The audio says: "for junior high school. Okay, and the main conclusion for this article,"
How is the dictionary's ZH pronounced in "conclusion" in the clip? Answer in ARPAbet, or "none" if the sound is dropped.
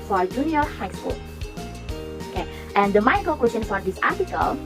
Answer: S